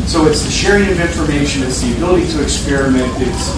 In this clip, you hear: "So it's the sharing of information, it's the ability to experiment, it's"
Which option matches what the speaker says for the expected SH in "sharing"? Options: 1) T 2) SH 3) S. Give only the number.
2